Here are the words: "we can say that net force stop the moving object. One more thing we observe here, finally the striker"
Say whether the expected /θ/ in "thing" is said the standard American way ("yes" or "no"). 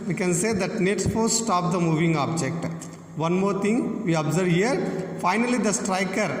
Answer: no